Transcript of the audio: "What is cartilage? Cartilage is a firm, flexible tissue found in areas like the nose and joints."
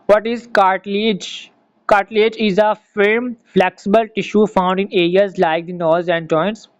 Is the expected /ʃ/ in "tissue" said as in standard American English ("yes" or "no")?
yes